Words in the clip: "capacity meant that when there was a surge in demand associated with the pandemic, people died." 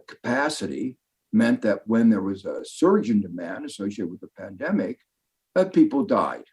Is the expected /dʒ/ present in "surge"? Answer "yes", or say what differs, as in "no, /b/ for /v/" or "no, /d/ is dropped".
yes